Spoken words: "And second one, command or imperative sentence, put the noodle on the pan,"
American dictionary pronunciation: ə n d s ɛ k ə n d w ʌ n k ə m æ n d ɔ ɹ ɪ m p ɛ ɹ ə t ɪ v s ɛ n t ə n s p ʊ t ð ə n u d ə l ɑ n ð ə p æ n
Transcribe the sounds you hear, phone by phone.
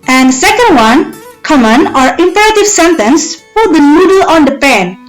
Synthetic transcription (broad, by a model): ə n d s ɛ k ə n d w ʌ n k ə m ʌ n ɔ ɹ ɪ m p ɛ ɹ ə t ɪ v s ɛ n t ə n s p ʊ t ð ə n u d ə l ɑ n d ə p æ n